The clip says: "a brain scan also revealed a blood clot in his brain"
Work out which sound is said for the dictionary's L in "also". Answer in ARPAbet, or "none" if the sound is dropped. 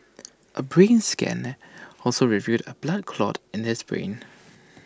L